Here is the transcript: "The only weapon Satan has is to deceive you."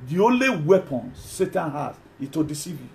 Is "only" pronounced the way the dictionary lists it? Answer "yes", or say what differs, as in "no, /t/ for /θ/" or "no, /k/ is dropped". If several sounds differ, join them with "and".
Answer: yes